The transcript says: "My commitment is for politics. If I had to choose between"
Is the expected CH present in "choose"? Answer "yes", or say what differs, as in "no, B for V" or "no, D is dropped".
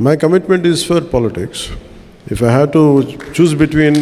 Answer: yes